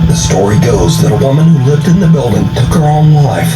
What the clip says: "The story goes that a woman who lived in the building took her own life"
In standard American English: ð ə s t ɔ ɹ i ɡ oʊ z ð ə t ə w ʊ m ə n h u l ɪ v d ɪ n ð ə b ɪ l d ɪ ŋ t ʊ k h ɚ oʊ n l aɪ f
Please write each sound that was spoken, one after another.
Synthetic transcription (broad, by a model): ð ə s t ɔ ɹ i ɡ oʊ z ð ə t ə w ʊ m ə n h u l ɪ v d ɪ n ð ə b ɪ l d ɪ ŋ t ʊ k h ɚ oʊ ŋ l aɪ f